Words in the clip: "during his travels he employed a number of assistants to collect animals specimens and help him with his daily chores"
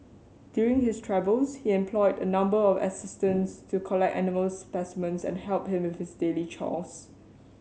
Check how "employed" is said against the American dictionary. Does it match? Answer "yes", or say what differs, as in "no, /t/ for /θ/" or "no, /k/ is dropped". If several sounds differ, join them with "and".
yes